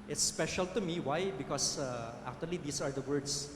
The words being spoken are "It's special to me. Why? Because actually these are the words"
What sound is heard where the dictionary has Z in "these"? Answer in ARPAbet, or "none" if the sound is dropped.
S